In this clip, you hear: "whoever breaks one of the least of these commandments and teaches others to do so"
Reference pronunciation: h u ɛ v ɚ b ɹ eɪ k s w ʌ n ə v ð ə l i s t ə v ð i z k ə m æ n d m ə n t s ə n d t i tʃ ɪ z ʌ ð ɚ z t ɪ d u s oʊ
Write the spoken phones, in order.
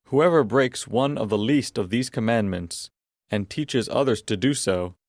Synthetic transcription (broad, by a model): h u ɛ v ɚ b ɹ eɪ k s w ʌ n ə v ð ə l i s t ə v ð i z k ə m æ n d m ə n t s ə n t i tʃ ɪ z ʌ ð ɚ z t ɪ d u s oʊ